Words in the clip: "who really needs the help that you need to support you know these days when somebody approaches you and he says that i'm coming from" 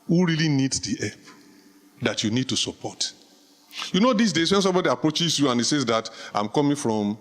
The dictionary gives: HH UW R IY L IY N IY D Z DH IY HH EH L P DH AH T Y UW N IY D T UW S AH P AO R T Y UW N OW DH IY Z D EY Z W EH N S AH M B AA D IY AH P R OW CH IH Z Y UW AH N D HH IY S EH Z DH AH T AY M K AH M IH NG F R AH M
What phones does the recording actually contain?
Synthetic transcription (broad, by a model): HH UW R IY L IY N IY D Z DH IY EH P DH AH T Y UW N IY D T UW S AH P AO T Y UW N OW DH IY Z D EY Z W EH N S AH M B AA D IY AH P R OW CH IH Z Y UW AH N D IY S EH Z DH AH T AY M K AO M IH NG F R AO M